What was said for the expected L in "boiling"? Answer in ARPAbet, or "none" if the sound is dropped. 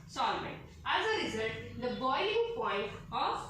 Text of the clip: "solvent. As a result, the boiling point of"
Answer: none